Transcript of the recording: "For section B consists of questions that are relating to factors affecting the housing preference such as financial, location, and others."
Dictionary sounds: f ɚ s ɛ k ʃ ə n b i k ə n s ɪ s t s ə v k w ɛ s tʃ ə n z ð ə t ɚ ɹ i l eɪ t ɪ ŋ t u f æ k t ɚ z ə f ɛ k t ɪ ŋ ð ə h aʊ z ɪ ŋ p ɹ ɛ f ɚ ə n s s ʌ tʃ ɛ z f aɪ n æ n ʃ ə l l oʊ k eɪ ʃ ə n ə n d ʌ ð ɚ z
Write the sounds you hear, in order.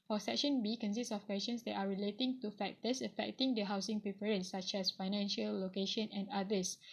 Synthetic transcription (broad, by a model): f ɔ s ɛ k ʃ ə n b i k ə n s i s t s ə f k w ɛ s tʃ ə n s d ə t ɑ ɹ i l eɪ t ɪ ŋ t u f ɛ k t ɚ s ə f ɛ k t ɪ ŋ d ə h aʊ s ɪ ŋ p ɹ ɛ p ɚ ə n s s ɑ tʃ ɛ s f aɪ n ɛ n ʃ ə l l oʊ k eɪ ʃ ə n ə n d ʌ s